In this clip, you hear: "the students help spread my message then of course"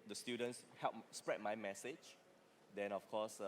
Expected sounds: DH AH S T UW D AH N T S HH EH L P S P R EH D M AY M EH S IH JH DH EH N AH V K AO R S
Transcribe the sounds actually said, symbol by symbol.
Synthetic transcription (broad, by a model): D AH S T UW D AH N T S HH EH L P S P R EH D M AY M EH S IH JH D EH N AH F K AO S